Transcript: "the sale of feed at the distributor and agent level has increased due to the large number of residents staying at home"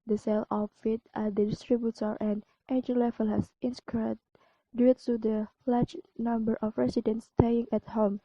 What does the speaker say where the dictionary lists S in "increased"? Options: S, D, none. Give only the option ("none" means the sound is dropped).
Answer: none